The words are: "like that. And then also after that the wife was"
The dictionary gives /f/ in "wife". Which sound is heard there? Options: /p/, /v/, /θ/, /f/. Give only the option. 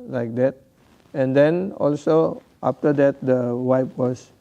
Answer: /p/